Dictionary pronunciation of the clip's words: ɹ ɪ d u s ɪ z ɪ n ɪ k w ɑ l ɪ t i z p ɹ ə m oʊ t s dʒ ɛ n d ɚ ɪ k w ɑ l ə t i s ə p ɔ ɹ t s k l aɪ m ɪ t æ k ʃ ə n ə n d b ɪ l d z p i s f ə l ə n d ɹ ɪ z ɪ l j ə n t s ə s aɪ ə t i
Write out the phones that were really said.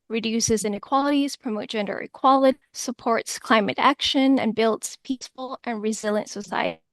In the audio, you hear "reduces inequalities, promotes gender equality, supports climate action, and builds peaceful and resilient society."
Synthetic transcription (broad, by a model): ɹ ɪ d u s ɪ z ɪ n ɪ k w ɑ l ɪ t i z p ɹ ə m oʊ t dʒ ɛ n d ɚ ɪ k w ɑ l ə t i s ə p ɔ ɹ t s k l aɪ m ɪ t æ k ʃ ə n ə n b ɪ l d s p i s f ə l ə n ɹ ɪ z ɪ l j ə n t s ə s aɪ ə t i